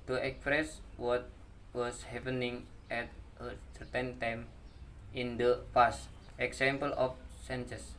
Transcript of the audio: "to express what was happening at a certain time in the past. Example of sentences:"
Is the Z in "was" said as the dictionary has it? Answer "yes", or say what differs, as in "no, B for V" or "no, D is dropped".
no, S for Z